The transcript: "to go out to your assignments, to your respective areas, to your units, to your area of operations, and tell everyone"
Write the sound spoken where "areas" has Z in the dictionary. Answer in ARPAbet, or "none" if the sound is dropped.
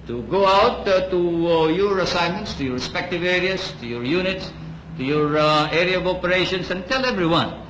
S